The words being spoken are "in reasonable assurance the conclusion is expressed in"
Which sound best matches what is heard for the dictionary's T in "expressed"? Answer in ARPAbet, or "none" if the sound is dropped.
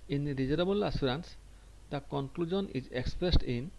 T